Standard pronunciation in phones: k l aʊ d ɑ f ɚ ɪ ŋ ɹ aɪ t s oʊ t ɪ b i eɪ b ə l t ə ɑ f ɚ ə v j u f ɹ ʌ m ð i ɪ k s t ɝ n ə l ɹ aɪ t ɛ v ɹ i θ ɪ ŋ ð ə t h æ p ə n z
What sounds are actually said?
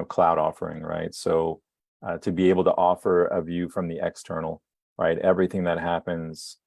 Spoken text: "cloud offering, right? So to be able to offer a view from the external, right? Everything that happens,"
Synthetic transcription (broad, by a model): k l aʊ d ɑ f ɚ ɪ ŋ ɹ aɪ t s oʊ t ɪ b i eɪ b l t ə ɑ f ɚ ə v j u f ɹ ʌ m ð i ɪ k s t ɝ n l ɹ aɪ t ɛ v ɹ i θ ɪ ŋ ð ə t h æ p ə n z